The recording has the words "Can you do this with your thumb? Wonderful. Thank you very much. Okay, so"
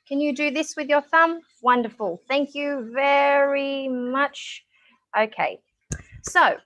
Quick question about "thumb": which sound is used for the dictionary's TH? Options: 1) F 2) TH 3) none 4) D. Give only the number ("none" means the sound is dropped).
2